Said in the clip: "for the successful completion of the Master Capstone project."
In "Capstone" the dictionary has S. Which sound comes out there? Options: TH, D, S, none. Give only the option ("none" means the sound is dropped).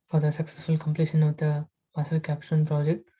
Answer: none